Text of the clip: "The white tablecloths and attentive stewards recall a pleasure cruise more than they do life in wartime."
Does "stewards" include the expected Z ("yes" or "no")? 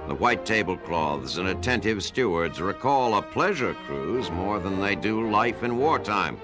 yes